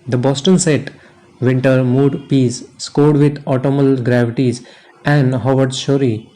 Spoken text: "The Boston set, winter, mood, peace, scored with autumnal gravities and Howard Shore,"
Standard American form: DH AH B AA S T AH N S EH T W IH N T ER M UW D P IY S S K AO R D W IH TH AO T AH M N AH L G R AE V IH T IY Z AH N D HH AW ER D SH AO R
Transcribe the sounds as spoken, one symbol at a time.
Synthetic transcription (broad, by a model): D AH B AA S T AH N S EH T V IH N T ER M UW D P IY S S K AO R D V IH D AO T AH M AH L G R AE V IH T IY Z AH N D HH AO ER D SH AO R